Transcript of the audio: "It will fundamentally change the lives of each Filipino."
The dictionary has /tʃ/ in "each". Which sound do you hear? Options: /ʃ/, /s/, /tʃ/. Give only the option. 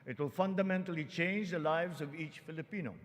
/tʃ/